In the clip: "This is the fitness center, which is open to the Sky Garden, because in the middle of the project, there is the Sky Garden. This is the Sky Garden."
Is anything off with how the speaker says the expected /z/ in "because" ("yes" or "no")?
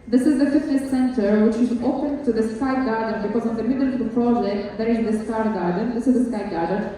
no